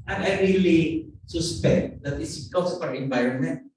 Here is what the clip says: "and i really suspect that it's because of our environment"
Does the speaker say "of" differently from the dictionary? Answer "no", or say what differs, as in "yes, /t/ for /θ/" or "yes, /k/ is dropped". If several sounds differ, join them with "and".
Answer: yes, /p/ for /v/